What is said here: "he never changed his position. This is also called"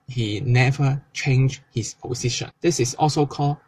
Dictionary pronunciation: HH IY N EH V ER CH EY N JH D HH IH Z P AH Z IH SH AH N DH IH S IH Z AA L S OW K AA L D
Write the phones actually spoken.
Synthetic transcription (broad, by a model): HH IY N EH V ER CH EY N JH HH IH S P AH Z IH SH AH N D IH S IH S AA L S OW K AA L